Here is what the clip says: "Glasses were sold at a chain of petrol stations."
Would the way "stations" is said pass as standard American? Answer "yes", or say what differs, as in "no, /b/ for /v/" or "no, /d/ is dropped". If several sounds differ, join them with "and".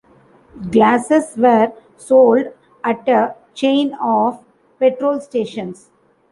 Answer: no, /s/ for /z/